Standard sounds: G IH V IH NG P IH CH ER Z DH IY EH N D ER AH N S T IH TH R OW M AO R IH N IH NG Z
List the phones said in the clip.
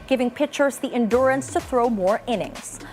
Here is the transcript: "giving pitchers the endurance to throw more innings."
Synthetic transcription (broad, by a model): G IH V IH NG P IH CH ER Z DH IY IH N D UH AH N S T IH TH R OW M AO R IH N IH NG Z